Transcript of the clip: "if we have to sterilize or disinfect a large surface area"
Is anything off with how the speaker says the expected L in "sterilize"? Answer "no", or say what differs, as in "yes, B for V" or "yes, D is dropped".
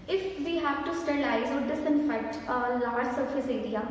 yes, L is dropped